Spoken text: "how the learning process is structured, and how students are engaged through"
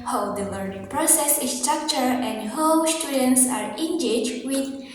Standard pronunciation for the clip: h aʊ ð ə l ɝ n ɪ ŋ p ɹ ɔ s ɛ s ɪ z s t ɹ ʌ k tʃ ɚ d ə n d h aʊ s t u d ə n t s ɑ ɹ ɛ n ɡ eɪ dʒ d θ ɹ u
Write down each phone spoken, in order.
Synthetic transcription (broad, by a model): h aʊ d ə l ɝ n ɪ ŋ p ɹ ɔ s ɛ s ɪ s t ɹ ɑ k tʃ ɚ ə n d h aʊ s t u d ə n t s ɑ ɹ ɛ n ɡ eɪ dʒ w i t